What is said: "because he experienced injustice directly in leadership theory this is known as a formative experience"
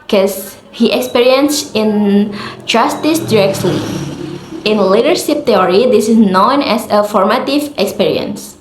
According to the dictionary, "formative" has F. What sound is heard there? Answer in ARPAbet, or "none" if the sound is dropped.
F